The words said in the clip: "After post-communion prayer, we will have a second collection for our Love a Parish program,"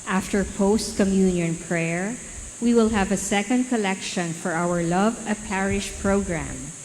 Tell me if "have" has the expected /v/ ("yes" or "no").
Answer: yes